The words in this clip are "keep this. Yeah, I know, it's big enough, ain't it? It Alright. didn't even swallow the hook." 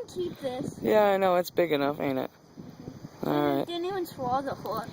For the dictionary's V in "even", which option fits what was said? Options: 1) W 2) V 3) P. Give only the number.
1